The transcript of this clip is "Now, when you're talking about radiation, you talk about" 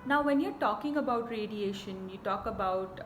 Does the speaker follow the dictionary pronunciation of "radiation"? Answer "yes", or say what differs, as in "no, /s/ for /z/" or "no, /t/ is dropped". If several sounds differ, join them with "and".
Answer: yes